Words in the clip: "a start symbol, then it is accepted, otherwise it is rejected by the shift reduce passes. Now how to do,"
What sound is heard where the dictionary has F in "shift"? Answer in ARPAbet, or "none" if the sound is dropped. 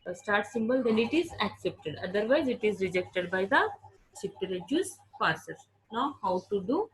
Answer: P